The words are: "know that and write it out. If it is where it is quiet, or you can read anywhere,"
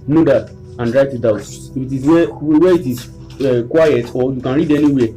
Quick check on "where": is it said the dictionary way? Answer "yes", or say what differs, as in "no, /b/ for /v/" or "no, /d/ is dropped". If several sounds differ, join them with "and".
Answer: no, /w/ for /ɹ/